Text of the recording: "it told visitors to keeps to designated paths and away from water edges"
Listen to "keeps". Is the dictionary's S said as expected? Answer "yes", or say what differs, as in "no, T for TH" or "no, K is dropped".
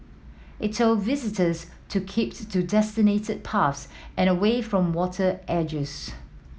no, S is dropped